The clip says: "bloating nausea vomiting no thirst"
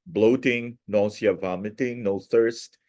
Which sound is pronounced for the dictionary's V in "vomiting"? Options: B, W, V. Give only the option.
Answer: V